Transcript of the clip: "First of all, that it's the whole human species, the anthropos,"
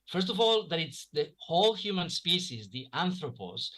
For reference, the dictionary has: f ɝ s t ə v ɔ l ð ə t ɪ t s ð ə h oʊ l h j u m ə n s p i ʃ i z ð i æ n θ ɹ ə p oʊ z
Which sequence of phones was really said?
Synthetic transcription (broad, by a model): f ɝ s t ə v ɔ l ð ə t ɪ t s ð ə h oʊ l h j u m ə n s p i s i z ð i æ n θ ɹ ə p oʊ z